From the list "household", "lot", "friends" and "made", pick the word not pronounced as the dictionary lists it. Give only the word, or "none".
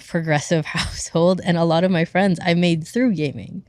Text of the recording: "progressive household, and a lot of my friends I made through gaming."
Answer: none